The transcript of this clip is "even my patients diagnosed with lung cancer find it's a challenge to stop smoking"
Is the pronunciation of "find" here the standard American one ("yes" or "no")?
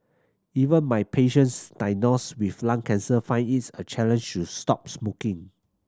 no